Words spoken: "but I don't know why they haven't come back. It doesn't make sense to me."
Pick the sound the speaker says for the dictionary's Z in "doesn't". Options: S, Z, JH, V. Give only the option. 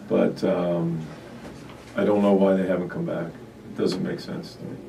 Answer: Z